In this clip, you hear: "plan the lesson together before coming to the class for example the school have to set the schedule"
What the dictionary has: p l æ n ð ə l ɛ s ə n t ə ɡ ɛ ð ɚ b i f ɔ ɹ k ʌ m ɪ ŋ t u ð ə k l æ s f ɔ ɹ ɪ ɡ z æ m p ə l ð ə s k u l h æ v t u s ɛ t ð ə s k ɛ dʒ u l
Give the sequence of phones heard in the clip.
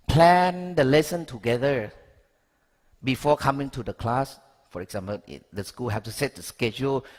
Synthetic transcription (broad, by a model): p l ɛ n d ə l ɛ s ə n t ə ɡ ɛ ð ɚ b i f ɔ k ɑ m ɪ ŋ t u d ə k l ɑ s f ɔ ɹ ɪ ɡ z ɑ m p ə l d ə s k u l h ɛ f t u s ɛ t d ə s k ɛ dʒ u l